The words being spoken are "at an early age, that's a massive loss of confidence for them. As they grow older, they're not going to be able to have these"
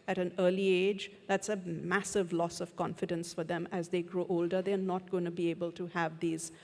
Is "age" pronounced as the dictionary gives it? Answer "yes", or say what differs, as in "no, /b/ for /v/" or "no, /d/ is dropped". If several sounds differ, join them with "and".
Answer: yes